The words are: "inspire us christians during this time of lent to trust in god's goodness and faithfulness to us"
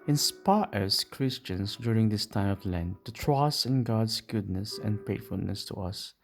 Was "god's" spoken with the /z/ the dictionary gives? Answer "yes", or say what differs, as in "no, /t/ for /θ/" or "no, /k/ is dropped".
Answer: no, /s/ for /z/